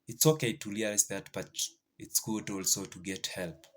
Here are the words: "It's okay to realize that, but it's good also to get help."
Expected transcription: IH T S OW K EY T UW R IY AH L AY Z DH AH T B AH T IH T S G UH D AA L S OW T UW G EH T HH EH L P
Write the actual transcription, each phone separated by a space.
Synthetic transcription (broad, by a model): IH T S OW K EY T UW L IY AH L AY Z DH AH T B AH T IH T S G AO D AA L S OW T UW G EH T HH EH L P